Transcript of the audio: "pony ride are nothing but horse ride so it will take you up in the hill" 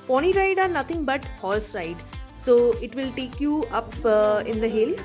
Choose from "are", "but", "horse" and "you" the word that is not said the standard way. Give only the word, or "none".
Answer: horse